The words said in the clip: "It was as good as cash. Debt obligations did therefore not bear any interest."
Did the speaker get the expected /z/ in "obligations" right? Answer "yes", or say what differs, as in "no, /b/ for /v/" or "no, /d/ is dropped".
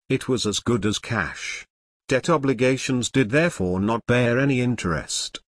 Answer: yes